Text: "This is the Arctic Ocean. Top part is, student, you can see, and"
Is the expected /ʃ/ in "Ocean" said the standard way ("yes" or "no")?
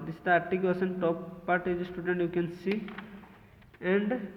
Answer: no